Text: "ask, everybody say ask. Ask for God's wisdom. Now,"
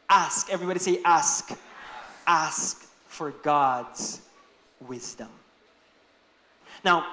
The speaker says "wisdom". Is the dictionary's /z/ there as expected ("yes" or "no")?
yes